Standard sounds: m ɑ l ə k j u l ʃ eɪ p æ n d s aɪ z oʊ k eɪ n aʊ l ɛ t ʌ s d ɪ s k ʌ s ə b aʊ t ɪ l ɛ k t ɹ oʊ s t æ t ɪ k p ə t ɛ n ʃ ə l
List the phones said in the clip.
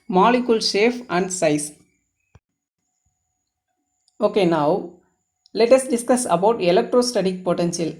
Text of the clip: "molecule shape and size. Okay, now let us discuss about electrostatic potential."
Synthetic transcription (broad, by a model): m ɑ l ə k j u l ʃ eɪ f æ n d s aɪ s oʊ k eɪ n aʊ l ɛ t ʌ s d ɪ s k ʌ s ə b aʊ t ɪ l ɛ k t ɹ oʊ s t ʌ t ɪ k p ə t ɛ n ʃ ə l